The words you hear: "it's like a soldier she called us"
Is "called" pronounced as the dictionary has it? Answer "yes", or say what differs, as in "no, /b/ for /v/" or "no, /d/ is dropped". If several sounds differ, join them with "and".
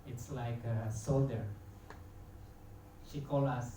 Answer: no, /d/ is dropped